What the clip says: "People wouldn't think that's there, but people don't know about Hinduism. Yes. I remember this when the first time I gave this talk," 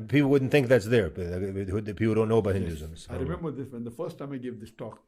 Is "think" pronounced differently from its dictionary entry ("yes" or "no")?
no